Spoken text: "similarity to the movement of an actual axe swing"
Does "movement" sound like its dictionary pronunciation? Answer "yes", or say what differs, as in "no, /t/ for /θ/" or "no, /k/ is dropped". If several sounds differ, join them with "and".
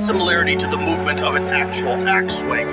yes